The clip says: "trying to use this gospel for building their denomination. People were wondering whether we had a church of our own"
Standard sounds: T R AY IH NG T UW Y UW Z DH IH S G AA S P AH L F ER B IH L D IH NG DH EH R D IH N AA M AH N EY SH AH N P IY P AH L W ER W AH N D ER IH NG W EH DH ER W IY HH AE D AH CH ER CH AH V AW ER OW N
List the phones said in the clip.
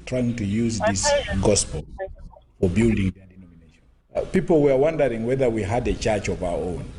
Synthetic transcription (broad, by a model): T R AY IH NG T UW Y UW Z DH IH S G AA S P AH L F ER B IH L D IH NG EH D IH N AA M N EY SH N P IY P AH L W ER W AH N D ER IH NG W EH DH ER W IY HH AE D AH CH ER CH AH V AW ER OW N